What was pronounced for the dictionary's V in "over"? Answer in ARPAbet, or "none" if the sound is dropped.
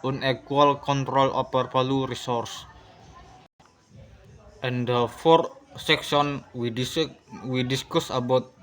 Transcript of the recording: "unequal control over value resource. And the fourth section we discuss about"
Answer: P